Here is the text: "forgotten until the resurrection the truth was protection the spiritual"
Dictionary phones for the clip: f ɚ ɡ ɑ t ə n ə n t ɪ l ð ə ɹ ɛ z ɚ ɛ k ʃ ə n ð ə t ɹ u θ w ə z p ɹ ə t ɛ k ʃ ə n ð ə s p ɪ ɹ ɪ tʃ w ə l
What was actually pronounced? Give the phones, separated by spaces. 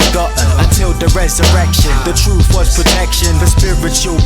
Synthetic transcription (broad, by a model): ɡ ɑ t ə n ə n t ɪ l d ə ɹ ɛ z ɚ ɛ k ʃ ə n ð ə t ɹ u θ w ə z p ɹ ə t ɛ k ʃ ə n ð ə s p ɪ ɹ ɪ tʃ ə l